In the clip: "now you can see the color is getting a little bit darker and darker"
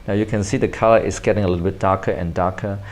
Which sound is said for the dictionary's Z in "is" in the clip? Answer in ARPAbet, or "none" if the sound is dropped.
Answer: S